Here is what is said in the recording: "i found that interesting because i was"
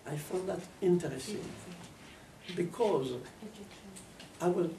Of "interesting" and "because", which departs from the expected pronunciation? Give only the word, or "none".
none